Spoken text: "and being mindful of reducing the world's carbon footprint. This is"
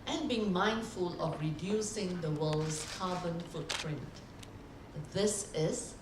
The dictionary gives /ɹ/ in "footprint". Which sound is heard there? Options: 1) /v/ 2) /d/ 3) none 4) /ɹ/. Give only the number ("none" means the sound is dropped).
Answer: 4